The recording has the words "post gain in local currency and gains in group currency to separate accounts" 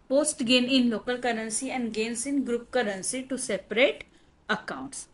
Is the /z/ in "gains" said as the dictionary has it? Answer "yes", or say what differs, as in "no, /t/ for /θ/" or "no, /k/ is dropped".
no, /s/ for /z/